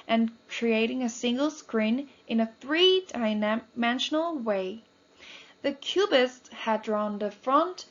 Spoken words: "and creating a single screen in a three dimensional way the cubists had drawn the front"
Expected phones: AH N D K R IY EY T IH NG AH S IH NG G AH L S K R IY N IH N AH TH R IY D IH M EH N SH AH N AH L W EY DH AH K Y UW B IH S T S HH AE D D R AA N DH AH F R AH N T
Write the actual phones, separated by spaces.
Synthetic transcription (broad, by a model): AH N K R IY EY T IH NG AH S IH NG G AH L S K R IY N IH N AH TH R IY D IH M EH N SH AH N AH L W EY DH AH K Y UW B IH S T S HH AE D D R AA N DH AH F R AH N T